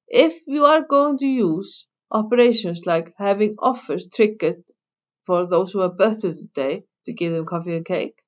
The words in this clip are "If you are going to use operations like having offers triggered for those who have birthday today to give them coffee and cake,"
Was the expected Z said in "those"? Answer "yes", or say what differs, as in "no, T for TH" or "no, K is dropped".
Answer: no, S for Z